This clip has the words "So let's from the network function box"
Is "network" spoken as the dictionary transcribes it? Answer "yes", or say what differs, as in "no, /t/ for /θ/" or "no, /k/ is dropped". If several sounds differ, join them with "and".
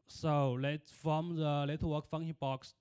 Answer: no, /l/ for /n/